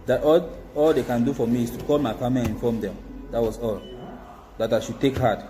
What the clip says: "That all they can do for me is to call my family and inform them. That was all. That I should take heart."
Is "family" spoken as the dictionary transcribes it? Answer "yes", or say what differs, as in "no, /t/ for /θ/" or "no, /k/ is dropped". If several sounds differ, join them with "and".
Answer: no, /l/ is dropped